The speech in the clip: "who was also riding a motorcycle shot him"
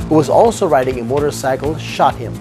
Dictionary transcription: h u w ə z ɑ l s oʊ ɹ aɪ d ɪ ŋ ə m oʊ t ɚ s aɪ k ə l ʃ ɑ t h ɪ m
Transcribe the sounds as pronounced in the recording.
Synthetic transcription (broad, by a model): h u w ə z ɑ l s oʊ ɹ aɪ d ɪ ŋ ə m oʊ t ɚ s aɪ k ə l ʃ ɑ t h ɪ m